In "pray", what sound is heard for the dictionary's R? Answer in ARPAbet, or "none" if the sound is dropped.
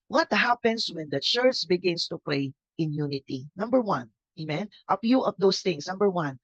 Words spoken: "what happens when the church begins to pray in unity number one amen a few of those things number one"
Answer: L